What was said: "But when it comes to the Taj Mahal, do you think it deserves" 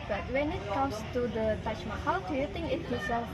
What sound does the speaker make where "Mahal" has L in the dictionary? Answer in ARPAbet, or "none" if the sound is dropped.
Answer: W